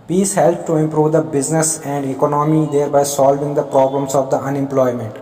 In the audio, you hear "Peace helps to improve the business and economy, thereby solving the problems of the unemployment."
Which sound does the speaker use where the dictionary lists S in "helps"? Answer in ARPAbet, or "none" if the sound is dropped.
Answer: none